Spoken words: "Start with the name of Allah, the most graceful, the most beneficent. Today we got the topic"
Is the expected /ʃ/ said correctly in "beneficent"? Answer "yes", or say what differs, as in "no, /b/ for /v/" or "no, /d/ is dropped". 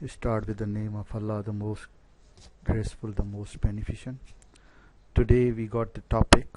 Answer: yes